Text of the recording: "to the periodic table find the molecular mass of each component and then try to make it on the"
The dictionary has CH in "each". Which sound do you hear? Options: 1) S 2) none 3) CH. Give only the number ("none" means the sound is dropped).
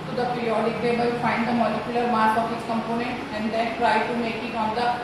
1